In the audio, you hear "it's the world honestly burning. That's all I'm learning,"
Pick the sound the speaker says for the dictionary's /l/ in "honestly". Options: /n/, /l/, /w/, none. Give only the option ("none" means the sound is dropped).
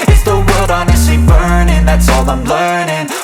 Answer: none